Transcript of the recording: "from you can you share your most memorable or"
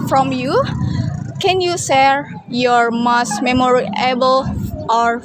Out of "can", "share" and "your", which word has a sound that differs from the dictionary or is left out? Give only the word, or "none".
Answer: share